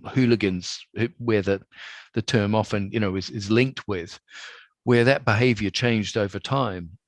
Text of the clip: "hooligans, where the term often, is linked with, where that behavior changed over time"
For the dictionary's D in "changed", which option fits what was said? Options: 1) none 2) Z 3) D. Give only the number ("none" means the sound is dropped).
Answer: 3